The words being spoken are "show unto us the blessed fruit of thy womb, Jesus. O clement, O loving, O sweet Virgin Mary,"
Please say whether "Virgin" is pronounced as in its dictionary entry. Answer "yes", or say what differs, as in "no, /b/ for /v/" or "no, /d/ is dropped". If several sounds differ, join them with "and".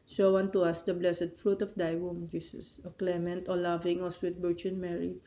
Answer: no, /b/ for /v/